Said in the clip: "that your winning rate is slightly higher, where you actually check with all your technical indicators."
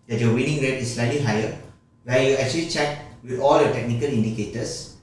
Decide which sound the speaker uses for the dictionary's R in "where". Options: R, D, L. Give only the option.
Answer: L